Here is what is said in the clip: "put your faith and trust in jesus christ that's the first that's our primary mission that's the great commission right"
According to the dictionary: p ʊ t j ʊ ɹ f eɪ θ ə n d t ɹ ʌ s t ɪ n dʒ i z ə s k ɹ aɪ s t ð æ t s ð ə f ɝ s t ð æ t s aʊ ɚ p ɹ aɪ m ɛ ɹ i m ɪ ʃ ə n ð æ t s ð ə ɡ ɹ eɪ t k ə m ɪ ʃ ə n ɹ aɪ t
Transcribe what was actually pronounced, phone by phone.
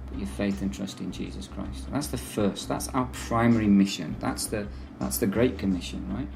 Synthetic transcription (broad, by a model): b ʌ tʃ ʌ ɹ f eɪ θ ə n t ɹ ʌ s t ɪ n dʒ i z ə s k ɹ aɪ s t ð æ t s ð ə f ɝ s t ð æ t s aʊ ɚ p ɹ aɪ m ɛ ɹ i m ɪ ʃ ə n ð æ t s ð ə ɡ ɹ eɪ t k ə m ɪ ʃ ə n ɹ aɪ t